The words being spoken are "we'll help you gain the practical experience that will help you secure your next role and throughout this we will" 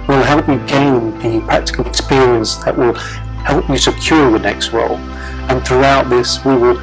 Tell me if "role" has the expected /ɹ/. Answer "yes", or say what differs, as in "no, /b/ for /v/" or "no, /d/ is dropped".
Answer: no, /w/ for /ɹ/